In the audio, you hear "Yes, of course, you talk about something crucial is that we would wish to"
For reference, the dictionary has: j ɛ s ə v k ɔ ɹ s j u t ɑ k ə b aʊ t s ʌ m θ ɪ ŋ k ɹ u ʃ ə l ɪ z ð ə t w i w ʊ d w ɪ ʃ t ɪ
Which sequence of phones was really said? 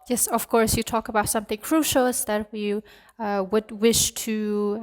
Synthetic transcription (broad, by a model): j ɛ s ə v k ɔ ɹ s j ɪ t ɑ k ə b aʊ t s ʌ m θ ɪ ŋ k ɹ u ʃ l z ð ə t w i w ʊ d w ɪ ʃ t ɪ